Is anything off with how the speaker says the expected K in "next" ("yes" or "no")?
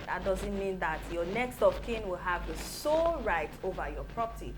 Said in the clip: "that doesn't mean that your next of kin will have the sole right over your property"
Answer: no